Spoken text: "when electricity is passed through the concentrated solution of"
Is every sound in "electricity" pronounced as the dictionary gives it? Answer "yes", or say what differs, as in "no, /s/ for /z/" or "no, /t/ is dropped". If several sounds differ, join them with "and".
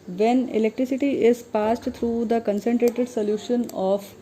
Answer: yes